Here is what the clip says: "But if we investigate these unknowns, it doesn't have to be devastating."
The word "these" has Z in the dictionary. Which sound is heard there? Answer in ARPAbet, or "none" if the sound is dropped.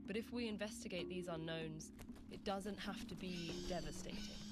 Z